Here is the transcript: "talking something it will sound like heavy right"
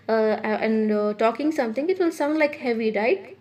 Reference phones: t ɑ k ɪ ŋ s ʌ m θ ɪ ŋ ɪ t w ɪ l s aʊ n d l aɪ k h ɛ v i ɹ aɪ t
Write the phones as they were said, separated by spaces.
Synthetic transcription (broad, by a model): t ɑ k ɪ ŋ s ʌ m t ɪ ŋ ɪ t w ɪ l s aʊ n l aɪ k h ɛ v i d aɪ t